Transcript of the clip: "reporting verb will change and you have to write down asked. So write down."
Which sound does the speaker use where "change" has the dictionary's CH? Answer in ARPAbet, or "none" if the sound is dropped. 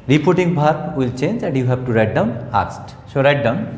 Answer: CH